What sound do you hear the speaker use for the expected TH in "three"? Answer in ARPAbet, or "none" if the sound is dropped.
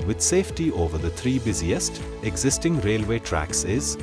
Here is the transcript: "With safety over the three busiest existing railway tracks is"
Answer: T